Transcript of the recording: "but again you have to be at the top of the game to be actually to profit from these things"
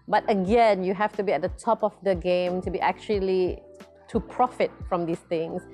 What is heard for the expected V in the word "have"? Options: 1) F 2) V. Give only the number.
1